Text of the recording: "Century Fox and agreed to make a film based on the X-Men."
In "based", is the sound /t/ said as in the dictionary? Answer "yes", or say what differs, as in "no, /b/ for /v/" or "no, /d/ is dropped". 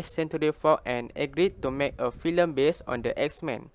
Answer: no, /t/ is dropped